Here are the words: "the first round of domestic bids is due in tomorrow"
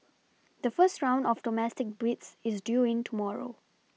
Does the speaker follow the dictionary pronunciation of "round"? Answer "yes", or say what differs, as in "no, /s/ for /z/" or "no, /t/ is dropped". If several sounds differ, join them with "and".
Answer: yes